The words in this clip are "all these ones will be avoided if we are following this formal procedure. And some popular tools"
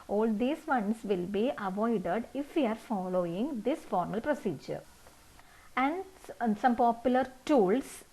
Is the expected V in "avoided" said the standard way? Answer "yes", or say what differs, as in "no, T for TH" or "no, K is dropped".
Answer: yes